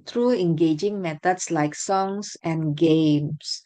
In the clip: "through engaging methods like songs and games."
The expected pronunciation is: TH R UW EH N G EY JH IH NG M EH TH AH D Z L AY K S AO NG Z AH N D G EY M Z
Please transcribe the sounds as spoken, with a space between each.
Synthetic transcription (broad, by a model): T R UW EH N G EY JH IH NG M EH T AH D S L AY K S AO NG S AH N G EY M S